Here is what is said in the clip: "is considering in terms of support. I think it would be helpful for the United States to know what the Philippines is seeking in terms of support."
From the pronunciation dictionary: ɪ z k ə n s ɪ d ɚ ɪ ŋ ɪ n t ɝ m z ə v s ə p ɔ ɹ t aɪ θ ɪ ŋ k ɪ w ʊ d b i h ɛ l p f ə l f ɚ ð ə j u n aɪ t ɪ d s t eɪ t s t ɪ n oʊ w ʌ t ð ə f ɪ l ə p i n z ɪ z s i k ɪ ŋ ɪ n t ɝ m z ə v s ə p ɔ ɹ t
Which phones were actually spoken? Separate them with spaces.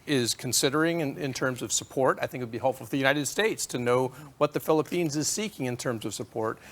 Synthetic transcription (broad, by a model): ɪ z k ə n s ɪ d ɚ ɪ ŋ ɪ n t ɝ m z ə v s ə p ɔ ɹ t aɪ θ ɪ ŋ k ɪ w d b i h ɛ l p f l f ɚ ð ə j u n aɪ t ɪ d s t eɪ t s t ɪ n oʊ w ʌ t ð ə f ɪ l ə p i n z ɪ z s i k ɪ ŋ ɪ n t ɝ m z ə v s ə p ɔ ɹ t